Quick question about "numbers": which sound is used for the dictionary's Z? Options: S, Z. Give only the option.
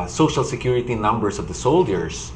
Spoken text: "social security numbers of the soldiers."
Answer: S